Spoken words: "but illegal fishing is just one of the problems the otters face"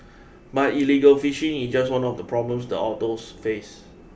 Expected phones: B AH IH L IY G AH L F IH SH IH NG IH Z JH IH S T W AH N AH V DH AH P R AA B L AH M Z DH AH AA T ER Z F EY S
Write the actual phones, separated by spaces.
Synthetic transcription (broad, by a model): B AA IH L IY G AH L F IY SH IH NG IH S JH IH S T W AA N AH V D AH P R AA B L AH M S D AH AA T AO S F EY S